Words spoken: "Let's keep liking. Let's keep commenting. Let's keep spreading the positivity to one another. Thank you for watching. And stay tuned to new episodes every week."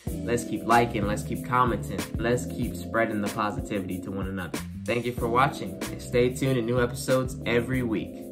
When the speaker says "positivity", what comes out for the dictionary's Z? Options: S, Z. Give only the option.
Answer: Z